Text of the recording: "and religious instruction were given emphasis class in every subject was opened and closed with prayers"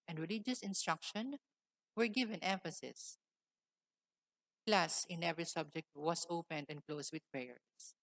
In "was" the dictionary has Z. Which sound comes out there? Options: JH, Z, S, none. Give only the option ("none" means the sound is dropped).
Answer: S